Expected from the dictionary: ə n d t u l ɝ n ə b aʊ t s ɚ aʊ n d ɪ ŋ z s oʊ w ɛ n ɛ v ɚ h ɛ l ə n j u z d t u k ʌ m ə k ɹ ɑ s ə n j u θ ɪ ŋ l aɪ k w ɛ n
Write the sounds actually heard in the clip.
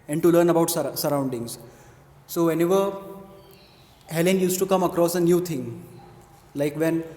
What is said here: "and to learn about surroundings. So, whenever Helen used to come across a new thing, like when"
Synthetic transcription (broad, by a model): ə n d t u l ɝ n ə b aʊ t s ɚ aʊ n d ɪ ŋ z s oʊ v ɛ n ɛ v ɚ h ɛ l ə n j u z t u k ʌ m ə k ɹ ɑ s ə n j u t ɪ ŋ l aɪ k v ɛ n